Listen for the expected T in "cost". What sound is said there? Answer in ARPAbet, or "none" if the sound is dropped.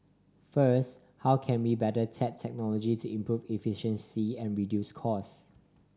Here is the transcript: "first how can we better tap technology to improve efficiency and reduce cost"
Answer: none